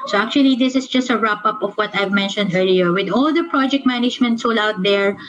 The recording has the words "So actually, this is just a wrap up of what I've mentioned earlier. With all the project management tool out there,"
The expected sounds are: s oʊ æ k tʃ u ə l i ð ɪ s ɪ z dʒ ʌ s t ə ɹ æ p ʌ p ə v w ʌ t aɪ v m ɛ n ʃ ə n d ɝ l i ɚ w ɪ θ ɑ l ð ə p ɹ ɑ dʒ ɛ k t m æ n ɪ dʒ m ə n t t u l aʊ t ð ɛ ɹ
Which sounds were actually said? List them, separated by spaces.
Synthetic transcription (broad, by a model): s oʊ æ k tʃ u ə l i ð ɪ s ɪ s dʒ ʌ s t ə ɹ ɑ p ʌ p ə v w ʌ t aɪ v m ɛ n ʃ ə n d ɝ l i ɚ w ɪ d ɑ l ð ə p ɹ ɑ dʒ ɛ k t m æ n ɪ dʒ m ə n t s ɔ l aʊ t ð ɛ ɹ